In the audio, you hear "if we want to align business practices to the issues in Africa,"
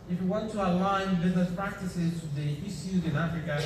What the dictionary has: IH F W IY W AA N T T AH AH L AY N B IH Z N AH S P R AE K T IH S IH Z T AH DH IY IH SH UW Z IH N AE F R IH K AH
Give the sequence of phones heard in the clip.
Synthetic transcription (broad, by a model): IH F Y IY W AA N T T AH AH L AY N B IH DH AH P R AE K T IH S IH Z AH DH IY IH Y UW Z IH N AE F R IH K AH